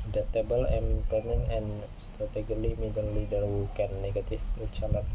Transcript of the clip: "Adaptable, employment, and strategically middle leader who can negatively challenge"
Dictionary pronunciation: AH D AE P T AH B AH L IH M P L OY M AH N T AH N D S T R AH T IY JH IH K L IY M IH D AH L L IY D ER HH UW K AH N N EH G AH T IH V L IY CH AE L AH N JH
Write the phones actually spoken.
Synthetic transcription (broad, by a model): D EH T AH B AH L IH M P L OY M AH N AH N S T R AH T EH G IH L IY M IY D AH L L IY D ER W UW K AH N N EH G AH T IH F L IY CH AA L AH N